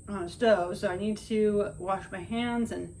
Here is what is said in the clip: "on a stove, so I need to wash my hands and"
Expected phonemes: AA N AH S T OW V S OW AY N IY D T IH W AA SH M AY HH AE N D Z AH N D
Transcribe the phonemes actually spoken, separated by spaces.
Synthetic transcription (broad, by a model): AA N AH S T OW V S OW AY N IY D T IH W AA SH M AY HH AE N D Z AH N